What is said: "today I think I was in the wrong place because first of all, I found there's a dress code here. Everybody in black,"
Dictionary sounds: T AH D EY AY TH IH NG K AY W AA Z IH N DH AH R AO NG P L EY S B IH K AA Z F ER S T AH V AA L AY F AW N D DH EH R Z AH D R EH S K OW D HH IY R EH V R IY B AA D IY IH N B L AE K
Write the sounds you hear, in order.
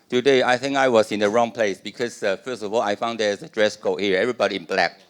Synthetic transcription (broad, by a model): T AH D EY AY TH IH NG K AY W AA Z IH N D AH R AO NG P L EY S B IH K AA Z F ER S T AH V AA L AY F AW N D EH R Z AH D R EH S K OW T HH IY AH EH V R IY B AA D IY IH N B L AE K